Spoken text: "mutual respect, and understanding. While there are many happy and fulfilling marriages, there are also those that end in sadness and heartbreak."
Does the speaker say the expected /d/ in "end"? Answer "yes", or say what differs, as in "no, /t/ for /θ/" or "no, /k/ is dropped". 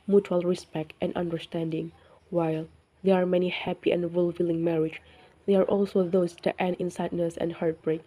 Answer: no, /d/ is dropped